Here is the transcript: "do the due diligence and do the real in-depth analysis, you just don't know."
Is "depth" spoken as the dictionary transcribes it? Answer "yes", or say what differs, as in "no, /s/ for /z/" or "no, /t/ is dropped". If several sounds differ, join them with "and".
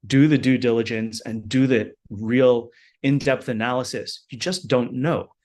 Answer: yes